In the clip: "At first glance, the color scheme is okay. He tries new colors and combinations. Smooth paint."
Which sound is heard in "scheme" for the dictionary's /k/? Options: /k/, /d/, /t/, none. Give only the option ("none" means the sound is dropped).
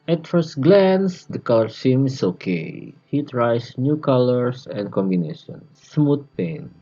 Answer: none